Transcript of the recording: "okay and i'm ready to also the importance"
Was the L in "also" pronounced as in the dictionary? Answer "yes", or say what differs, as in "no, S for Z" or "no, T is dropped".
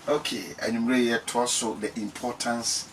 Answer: no, L is dropped